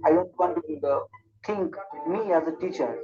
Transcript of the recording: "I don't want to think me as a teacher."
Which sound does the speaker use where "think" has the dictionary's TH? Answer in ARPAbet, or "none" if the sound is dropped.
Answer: T